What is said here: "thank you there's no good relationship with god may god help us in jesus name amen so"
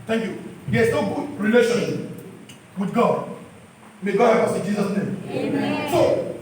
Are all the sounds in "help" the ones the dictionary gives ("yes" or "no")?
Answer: no